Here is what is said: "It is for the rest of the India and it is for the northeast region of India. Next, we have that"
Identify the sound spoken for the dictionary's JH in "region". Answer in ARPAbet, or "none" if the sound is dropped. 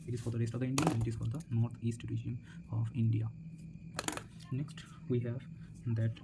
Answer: SH